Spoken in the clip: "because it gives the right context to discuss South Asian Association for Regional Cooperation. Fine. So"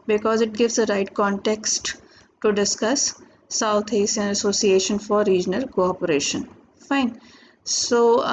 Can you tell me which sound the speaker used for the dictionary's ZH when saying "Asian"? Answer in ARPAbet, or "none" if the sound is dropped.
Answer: S